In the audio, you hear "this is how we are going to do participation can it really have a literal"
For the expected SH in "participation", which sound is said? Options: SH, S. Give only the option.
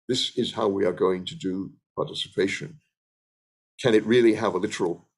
SH